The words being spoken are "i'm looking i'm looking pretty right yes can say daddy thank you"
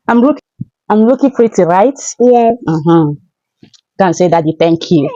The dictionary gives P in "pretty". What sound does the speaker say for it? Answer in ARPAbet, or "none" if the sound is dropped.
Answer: F